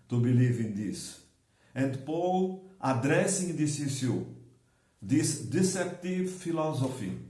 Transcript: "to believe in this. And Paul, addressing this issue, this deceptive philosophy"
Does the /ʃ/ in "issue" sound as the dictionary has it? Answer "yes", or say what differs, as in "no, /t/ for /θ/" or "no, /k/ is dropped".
no, /s/ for /ʃ/